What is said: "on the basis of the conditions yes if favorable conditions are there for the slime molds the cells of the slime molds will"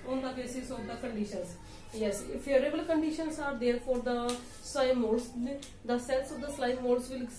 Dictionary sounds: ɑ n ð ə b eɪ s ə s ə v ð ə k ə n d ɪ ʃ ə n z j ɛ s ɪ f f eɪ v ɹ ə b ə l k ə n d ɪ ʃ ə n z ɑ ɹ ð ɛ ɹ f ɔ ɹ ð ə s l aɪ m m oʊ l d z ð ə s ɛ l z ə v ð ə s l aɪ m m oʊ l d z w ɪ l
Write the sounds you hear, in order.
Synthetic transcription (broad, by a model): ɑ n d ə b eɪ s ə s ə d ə k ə n d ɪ ʃ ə n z j ɛ s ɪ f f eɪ ɹ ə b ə l k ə n d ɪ ʃ ə n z ɑ ɹ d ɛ ɹ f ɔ ɹ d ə s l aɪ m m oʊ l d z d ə s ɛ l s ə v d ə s l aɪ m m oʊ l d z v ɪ l